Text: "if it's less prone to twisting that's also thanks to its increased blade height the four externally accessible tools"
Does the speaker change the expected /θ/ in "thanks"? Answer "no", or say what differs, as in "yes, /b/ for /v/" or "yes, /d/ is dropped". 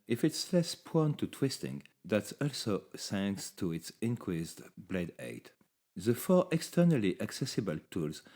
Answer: yes, /s/ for /θ/